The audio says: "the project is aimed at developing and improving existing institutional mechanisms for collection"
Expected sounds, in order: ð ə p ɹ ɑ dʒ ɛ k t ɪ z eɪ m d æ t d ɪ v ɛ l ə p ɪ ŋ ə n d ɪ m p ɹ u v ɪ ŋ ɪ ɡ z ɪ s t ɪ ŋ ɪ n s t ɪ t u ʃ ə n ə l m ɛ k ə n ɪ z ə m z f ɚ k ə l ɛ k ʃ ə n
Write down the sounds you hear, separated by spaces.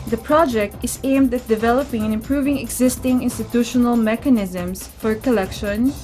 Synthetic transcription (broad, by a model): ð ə p ɹ ɑ dʒ ɛ k t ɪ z eɪ m d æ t d ɪ v ɛ l ə p ɪ ŋ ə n ɪ m p ɹ u v ɪ ŋ ɪ ɡ z ɪ s t ɪ ŋ ɪ n s t ɪ t u ʃ ə n ə l m ɛ k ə n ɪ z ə m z f ɚ k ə l ɛ k ʃ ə n